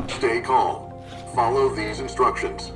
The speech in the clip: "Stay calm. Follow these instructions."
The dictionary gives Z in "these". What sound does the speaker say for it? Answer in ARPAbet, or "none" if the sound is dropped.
Z